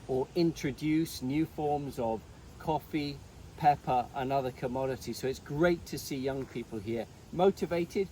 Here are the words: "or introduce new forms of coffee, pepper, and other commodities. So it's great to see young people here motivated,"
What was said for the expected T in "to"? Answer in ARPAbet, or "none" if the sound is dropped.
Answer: T